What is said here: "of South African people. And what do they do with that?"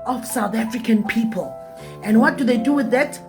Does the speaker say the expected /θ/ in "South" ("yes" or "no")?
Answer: yes